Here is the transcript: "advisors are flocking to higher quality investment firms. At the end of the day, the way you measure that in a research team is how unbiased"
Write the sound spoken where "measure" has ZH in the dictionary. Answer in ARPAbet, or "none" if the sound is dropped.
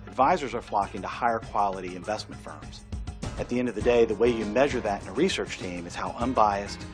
ZH